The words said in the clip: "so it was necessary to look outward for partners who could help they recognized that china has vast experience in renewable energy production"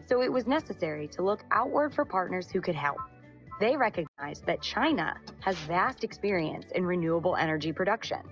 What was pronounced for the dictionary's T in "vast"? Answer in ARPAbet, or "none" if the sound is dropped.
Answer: T